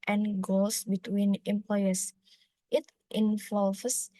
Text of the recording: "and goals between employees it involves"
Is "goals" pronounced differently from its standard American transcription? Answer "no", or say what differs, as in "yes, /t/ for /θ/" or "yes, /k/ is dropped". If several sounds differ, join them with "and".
yes, /s/ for /z/